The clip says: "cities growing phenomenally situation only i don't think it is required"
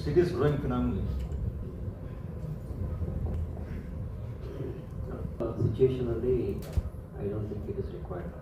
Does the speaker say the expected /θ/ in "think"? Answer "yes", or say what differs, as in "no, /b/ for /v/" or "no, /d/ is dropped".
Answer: no, /t/ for /θ/